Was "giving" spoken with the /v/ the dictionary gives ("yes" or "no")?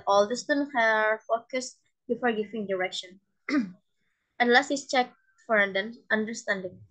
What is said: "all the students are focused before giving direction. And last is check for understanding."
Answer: no